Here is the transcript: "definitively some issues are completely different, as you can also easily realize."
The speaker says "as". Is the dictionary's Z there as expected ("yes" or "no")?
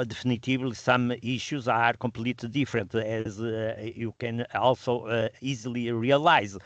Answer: yes